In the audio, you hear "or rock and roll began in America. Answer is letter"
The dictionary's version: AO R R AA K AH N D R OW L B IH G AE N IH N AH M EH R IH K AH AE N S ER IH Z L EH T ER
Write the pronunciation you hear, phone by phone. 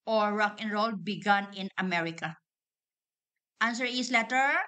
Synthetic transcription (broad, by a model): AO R R AA K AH N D R OW L B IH G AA N IH N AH M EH R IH K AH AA N S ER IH S L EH T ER